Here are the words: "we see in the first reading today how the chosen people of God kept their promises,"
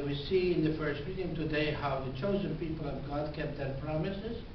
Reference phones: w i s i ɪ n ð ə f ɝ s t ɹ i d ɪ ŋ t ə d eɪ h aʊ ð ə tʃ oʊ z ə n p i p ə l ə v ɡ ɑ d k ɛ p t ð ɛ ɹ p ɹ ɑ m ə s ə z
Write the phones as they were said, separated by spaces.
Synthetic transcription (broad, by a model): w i s i ɪ n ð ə f ɝ s t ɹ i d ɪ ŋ t ə d eɪ h aʊ ð ə tʃ oʊ z ə n p i p ə l ə v ɡ ɑ d k ɛ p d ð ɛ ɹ p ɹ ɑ m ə s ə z